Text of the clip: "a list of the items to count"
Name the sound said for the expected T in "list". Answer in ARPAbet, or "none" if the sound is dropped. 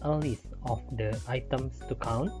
none